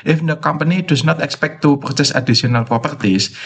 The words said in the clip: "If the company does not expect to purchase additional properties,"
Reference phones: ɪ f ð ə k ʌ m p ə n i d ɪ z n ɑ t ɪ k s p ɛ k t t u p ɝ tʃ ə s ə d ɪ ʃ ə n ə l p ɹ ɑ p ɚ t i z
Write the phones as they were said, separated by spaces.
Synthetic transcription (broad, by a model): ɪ f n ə k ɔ m p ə n i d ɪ s n ɑ t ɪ k s p ɛ k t t u p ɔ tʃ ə s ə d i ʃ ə n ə l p ɹ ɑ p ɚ t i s